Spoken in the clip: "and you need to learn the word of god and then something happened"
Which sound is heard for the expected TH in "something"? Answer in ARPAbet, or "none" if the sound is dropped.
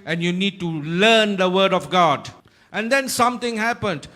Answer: T